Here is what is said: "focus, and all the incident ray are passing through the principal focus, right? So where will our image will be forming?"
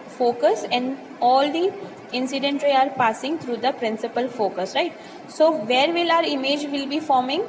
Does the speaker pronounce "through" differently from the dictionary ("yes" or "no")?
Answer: yes